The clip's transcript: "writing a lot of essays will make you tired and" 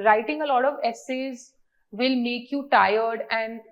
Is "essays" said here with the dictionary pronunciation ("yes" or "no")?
yes